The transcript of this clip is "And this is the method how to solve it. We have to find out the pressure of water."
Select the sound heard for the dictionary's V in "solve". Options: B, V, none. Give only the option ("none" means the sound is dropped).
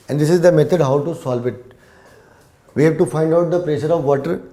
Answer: V